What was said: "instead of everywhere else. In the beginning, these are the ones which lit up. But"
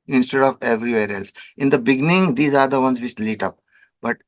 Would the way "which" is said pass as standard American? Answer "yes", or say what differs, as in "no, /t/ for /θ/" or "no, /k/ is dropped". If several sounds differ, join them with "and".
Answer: no, /s/ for /tʃ/